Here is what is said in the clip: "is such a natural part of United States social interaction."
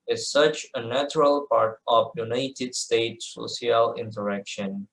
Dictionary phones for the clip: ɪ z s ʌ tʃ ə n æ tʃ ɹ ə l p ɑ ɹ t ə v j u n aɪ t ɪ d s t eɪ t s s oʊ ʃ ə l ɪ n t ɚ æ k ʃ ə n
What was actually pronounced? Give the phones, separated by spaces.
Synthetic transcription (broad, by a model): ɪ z s ʌ tʃ ə n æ tʃ ɹ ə l p ɑ ɹ t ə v j u n aɪ t ɪ d s t eɪ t s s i ə l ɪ n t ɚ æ k ʃ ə n